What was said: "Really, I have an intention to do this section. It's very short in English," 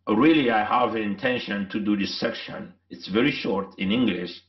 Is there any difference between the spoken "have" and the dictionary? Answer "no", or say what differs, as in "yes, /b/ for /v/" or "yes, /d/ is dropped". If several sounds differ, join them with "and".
no